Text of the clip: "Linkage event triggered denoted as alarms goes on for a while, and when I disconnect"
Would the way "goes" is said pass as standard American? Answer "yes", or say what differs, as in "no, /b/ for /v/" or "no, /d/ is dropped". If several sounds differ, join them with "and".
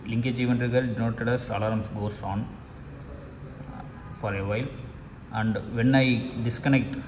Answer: no, /s/ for /z/